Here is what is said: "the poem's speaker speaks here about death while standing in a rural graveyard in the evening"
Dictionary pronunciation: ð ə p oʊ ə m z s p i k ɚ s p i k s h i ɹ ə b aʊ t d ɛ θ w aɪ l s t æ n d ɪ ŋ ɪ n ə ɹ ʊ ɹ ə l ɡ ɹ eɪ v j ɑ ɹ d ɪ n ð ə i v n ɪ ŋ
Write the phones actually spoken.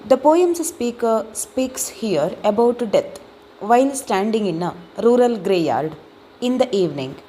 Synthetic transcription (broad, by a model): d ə p oʊ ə m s s p i k ɚ s p i k s h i ɹ ə b aʊ t d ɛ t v aɪ l s t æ n d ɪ ŋ ɪ n ə ɹ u ɹ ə l ɡ ɹ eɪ j ɑ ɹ d ɪ n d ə i v n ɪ ŋ